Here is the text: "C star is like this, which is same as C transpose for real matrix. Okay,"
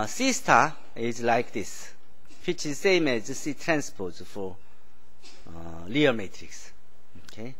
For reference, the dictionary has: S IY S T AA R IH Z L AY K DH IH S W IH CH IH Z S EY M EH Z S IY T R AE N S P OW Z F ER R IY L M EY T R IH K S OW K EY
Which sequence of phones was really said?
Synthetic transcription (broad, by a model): S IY S T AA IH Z L AY K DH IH S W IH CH IH Z S EY M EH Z S IY T R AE N S P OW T F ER L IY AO M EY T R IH K S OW K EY